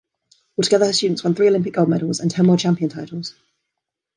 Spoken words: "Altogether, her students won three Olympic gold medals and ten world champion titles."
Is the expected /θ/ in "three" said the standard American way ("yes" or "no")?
yes